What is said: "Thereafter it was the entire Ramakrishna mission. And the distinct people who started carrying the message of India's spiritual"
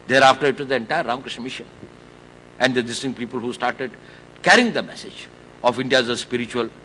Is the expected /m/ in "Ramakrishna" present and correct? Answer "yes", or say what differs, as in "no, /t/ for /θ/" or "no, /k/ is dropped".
no, /m/ is dropped